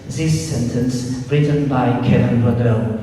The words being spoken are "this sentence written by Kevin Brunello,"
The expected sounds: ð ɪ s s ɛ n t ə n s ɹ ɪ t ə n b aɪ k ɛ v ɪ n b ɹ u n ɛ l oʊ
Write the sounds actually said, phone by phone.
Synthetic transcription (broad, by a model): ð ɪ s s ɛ n t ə n s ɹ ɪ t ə n b aɪ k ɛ ɪ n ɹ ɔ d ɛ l